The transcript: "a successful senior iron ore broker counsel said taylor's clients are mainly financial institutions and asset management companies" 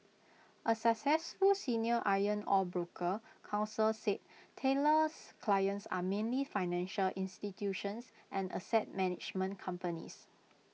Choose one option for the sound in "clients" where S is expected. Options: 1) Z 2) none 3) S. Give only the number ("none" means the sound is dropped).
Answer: 3